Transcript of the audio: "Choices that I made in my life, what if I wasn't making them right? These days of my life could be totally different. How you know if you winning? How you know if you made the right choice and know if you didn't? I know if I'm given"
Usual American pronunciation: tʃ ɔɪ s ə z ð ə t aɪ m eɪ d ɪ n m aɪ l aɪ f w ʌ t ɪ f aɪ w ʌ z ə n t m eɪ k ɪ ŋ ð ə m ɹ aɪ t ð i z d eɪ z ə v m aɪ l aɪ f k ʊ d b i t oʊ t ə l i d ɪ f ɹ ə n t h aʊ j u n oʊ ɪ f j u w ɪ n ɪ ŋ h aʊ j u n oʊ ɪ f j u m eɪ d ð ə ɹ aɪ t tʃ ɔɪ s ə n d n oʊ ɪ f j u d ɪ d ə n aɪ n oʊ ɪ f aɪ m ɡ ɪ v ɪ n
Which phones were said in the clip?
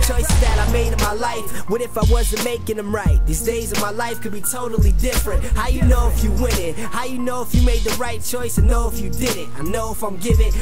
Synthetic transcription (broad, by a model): tʃ ɔɪ s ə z ð ə t aɪ m eɪ d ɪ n m aɪ l aɪ f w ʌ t ɪ f aɪ w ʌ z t m eɪ k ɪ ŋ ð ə m ɹ aɪ t ð i z d eɪ z ə v m aɪ l aɪ f k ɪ d b i t oʊ t l i d ɪ f ɹ ə n t h aʊ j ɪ n oʊ ɪ f j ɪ w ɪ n ɪ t h aʊ j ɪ n oʊ ɪ f j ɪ m eɪ d ð ə ɹ aɪ t tʃ ɔɪ s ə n n oʊ ɪ f j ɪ d ɪ d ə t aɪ n oʊ ɪ f aɪ m ɡ ɪ v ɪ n